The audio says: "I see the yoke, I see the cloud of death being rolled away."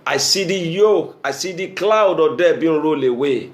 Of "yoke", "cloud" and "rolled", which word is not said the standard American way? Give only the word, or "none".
rolled